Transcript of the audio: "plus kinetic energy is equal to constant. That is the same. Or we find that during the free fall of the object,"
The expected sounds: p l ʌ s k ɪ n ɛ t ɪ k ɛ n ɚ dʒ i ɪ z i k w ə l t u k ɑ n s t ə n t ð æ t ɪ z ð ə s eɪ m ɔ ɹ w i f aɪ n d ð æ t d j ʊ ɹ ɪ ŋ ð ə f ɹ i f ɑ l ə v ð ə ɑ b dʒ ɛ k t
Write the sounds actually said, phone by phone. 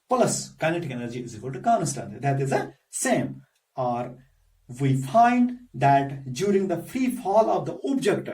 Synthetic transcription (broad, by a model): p l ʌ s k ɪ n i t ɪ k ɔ l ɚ dʒ i ɪ z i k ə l t u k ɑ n s t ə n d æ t ɪ z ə s eɪ m ɔ ɹ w i f aɪ n d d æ t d j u ɹ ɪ ŋ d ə f ɹ i f ɑ l ə v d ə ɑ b dʒ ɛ k t